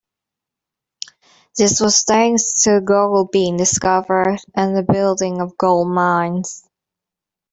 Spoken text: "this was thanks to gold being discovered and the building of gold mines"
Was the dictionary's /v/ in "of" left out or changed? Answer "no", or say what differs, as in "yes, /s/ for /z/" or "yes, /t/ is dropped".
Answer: no